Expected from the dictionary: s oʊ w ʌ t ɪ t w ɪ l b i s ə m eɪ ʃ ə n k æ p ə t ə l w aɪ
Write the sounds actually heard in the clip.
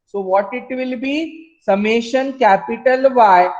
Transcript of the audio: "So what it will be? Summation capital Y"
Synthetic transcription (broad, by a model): s oʊ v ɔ t ɪ t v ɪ l b i s ə m eɪ ʃ ə n k æ p ə t ə l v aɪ